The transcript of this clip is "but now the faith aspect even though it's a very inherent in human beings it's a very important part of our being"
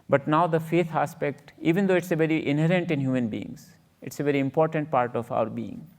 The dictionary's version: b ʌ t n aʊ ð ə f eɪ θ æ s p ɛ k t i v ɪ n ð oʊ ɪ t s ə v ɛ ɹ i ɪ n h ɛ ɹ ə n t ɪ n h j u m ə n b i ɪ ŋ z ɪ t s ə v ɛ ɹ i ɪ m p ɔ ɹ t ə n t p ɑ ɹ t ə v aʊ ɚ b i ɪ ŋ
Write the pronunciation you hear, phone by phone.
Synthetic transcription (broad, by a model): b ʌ t n aʊ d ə f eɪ t æ s p ɛ k t i v ɪ n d oʊ ɪ t s ə v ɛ ɹ i ɪ n h ɛ ɹ ə n t ɪ n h j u m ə n b i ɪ ŋ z ɪ t s ə v ɛ ɹ i ɪ m p ɔ ɹ t ə n t p ɑ ɹ t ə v aʊ ɚ b i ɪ ŋ